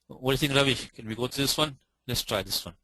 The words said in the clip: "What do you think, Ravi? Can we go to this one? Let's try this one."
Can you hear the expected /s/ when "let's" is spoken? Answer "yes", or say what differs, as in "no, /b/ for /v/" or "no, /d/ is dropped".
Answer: yes